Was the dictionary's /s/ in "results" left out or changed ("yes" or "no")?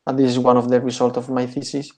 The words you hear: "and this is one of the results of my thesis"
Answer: yes